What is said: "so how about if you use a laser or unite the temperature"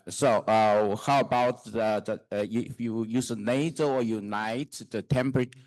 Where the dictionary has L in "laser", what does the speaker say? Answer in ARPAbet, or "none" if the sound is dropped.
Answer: N